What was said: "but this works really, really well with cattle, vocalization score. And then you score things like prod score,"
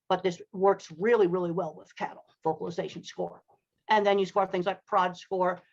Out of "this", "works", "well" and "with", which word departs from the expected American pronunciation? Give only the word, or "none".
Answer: none